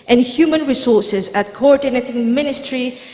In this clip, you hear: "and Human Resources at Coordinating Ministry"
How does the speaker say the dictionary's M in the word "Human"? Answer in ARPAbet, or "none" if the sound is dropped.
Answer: M